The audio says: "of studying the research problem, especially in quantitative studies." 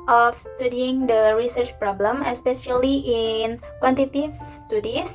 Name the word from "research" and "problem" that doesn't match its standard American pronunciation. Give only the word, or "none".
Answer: none